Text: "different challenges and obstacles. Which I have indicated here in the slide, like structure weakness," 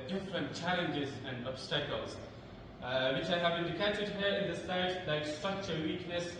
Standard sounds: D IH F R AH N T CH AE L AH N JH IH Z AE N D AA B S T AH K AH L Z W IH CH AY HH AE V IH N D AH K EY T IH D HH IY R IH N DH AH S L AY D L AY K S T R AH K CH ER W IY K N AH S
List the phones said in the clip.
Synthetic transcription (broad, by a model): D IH F R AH N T CH AE L AH N JH IH Z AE N D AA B S T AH K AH L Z W IH CH AY HH AE V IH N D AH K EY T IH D HH IY R IH N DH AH S AY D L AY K S T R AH K CH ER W IY K N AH S